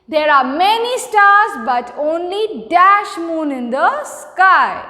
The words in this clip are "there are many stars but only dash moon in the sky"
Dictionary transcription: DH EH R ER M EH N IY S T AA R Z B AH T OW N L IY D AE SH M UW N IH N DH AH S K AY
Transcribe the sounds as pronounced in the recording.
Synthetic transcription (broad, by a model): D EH R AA M EH N IY S T AA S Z B AH T OW N L IY D AE SH M UW N IH N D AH S K AY